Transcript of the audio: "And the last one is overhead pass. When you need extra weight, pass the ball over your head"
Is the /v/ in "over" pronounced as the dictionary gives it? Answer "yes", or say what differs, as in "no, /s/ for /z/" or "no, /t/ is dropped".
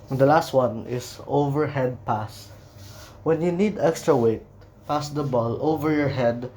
yes